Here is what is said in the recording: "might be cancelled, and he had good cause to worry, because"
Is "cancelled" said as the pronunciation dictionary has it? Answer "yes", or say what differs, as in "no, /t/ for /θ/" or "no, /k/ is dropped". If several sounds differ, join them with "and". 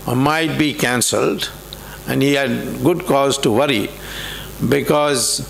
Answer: yes